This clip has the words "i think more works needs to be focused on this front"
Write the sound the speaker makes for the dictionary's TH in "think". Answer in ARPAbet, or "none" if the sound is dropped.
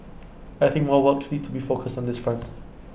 TH